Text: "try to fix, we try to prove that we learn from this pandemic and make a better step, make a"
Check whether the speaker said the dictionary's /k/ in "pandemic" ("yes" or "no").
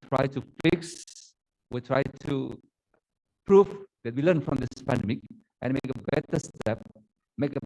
yes